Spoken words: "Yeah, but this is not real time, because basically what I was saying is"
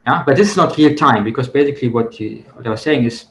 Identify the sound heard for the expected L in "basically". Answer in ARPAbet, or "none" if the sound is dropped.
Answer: L